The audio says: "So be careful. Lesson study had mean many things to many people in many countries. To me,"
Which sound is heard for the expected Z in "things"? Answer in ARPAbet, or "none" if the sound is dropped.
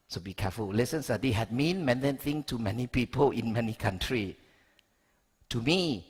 none